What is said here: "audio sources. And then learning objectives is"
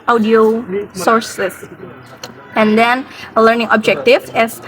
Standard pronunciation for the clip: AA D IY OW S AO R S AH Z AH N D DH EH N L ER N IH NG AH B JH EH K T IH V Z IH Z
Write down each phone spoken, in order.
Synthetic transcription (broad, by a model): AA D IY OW S AO R S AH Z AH N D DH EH N L ER N IH NG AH B JH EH K T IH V IH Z